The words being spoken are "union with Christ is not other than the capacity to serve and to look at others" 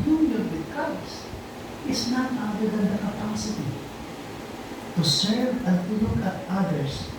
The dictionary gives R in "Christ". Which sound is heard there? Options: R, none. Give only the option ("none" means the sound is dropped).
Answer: none